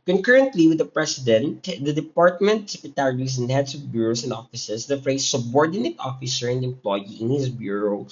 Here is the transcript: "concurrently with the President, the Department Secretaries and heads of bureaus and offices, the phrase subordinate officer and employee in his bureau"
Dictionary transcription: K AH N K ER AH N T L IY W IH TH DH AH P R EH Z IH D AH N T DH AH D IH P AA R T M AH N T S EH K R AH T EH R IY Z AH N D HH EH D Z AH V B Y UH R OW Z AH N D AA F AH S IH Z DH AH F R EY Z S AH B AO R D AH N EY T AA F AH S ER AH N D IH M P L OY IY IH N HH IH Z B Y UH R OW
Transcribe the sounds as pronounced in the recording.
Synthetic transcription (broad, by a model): K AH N K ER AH N T L IY W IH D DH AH P R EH S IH D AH N T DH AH D IH P AA R T M AH N T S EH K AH T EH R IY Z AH N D HH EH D S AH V B Y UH R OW S AH N D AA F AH S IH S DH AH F R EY S AH B AO R D AH N EY T AA F AH S ER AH N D IH M P L OY IY IH N HH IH S B Y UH R OW